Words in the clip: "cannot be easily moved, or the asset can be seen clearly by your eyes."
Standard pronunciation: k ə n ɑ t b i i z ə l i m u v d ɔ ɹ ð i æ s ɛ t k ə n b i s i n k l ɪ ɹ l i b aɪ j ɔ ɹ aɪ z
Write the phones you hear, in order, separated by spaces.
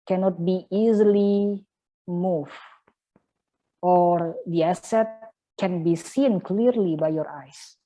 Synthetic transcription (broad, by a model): k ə n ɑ t b i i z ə l i m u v ɔ ɹ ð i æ s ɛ t k ə n b i s i n k l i ɹ l i b aɪ j ɔ ɹ aɪ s